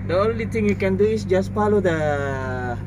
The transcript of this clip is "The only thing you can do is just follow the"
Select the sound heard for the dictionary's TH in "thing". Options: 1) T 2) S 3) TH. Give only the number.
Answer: 1